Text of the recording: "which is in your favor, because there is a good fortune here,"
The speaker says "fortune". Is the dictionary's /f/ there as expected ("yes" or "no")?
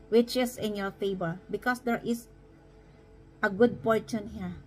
no